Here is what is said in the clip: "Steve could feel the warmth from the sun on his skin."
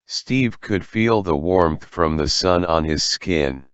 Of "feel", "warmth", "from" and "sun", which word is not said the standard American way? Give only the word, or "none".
none